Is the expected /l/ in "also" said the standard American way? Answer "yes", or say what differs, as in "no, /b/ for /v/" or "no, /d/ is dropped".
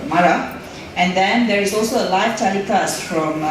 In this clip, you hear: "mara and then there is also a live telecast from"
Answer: yes